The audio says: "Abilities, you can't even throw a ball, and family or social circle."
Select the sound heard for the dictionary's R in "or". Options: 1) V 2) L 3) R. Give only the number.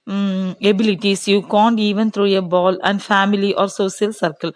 3